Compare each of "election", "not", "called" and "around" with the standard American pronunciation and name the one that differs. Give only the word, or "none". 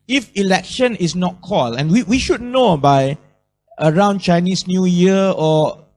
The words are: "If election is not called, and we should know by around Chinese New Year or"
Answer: called